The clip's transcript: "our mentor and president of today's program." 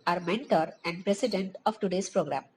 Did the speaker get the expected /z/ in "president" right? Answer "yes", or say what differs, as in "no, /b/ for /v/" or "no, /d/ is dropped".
no, /s/ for /z/